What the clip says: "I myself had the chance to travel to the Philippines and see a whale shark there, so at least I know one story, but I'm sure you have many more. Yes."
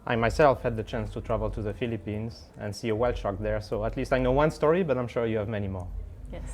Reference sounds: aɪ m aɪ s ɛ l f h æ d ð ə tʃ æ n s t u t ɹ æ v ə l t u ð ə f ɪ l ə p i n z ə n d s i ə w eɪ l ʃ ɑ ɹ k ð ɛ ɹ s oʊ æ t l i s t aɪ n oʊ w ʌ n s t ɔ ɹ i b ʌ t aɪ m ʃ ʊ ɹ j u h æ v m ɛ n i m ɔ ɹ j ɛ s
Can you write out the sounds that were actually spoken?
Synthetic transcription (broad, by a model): aɪ m aɪ s ɛ l f h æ d ð ə tʃ æ n s t u t ɹ æ v ə l t u ð ə f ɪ l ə p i n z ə n s i ə w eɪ l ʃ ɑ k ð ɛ ɹ s oʊ æ t l i s t aɪ n oʊ w ʌ n s t ɔ ɹ i b ʌ t aɪ m ʃ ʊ ɹ j u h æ v m ɛ n i m ɔ ɹ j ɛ